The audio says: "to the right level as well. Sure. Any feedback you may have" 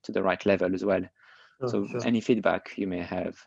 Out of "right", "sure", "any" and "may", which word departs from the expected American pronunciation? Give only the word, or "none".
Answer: sure